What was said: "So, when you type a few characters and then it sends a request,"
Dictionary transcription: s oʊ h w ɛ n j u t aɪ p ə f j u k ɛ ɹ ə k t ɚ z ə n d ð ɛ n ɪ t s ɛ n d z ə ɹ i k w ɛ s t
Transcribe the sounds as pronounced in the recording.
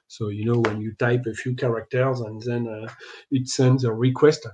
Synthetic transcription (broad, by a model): s oʊ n w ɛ n j u t aɪ p ə f j u k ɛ ɹ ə k t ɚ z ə n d ð ɛ n ɪ t s ɛ n d z ə ɹ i k w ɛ s t